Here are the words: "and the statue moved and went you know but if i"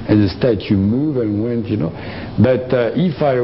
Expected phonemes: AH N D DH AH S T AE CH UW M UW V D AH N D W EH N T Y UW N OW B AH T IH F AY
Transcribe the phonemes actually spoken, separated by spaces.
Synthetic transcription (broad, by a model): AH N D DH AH S T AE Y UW M UW V AH N W EH N T Y UW N OW B AH T IH F AY